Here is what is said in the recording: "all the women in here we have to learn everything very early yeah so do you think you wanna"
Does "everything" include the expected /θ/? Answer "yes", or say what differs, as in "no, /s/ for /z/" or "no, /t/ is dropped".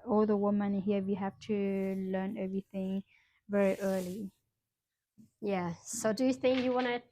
yes